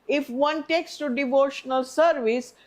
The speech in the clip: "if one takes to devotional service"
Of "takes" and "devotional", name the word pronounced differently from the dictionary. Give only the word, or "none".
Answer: none